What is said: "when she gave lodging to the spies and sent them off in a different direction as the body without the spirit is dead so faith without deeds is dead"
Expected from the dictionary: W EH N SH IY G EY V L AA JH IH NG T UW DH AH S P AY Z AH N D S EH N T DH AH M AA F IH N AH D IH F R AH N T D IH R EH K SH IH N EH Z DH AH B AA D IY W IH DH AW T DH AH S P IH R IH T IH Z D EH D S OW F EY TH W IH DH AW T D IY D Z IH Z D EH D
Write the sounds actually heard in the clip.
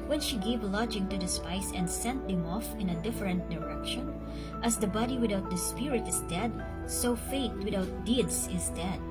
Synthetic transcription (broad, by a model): W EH N SH IY G EY V L AA JH IH NG T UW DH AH S P AY S AH N D S EH N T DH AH M AA F IH N AH D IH F R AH N T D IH R EH K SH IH N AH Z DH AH B AA D IY W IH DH AW T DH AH S P IH R IH T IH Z D EH D S OW F EY T W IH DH AW T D IY D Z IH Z D EH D